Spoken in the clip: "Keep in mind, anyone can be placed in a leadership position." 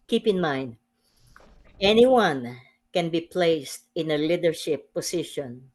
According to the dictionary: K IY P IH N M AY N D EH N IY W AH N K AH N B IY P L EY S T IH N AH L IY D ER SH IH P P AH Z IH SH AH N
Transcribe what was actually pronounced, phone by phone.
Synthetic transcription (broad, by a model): K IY P IH N M AY N D EH N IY W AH N K AH N B IY P L EY S T IH N AH L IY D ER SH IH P P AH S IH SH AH N